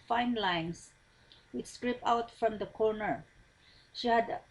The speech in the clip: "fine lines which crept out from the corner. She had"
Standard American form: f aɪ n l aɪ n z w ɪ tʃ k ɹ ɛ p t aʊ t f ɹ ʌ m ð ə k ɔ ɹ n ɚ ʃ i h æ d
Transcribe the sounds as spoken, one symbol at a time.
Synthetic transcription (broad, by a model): f aɪ n l aɪ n s w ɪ s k ɹ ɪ p aʊ t f ɹ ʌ m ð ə k ɔ ɹ n ɚ ʃ i h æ d